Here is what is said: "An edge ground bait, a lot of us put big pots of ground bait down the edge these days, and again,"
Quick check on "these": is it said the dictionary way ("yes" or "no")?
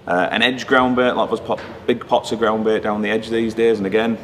yes